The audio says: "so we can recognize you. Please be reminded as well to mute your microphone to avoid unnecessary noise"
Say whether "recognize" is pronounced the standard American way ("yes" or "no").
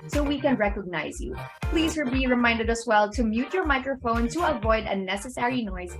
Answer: yes